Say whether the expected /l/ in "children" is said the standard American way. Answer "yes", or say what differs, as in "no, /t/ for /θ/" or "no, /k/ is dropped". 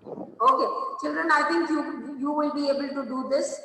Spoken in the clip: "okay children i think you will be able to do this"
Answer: yes